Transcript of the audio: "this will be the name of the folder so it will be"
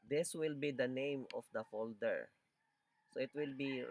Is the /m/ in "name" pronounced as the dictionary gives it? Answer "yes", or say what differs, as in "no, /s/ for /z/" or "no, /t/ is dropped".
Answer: yes